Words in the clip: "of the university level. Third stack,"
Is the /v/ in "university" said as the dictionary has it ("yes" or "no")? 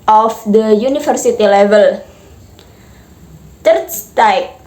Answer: no